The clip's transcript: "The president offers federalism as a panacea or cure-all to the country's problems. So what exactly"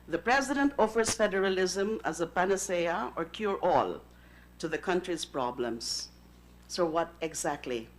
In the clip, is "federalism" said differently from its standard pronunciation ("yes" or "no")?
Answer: no